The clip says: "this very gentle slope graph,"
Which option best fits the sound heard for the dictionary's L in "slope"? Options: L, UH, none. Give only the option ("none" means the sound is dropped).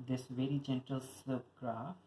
none